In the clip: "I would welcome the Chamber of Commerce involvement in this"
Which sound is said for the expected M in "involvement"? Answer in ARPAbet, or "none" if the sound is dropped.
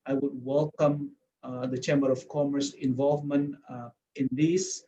M